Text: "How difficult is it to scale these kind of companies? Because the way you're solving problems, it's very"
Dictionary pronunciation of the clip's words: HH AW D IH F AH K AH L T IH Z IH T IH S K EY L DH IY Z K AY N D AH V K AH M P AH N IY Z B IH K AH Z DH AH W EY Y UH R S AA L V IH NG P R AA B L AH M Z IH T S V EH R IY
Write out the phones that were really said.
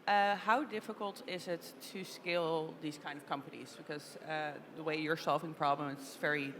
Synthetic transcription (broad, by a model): HH AW D IH F AH K AH L T IH Z IH T IH S K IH L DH IY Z K AY N D AH V K AH M P AH N IY Z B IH K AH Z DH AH W EY Y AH R S AA L V IH NG P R AA B L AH M IH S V EH R IY